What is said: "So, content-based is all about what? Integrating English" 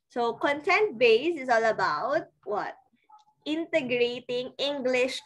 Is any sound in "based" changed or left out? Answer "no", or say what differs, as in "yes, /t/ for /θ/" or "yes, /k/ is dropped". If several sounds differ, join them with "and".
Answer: yes, /t/ is dropped